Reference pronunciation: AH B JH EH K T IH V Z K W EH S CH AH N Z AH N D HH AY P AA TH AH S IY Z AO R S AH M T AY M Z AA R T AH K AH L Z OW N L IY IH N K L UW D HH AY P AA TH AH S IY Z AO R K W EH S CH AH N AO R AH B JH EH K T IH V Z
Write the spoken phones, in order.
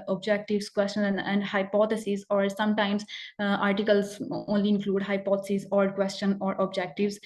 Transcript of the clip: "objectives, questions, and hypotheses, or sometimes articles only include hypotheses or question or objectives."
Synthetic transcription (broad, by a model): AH B JH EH K T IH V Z K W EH S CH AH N AH N D HH AY P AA T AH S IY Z AO R S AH M T AY M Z AA R T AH K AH L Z OW N L IY IH N K L UW D HH AY P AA T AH S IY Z AO R K W EH S CH AH N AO R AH B JH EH K T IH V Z